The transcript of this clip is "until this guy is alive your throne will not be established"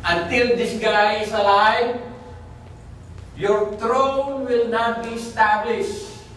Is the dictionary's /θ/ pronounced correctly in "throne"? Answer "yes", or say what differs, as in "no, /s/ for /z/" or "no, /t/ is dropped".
no, /t/ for /θ/